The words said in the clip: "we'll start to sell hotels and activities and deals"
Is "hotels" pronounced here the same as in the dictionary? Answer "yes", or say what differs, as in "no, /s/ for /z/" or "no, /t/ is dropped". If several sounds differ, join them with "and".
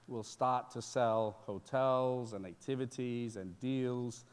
yes